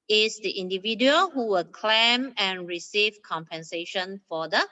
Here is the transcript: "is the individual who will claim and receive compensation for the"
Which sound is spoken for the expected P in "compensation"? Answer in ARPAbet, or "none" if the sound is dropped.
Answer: P